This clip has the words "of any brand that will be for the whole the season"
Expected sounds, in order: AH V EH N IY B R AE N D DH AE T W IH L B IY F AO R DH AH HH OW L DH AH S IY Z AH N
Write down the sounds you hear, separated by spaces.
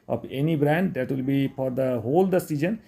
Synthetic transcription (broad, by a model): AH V EH N IY B R AE N D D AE T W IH L B IY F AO R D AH HH OW L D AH S IY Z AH N